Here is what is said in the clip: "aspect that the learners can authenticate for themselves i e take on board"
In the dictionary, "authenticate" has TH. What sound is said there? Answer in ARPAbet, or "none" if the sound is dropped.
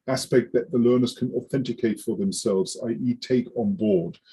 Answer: TH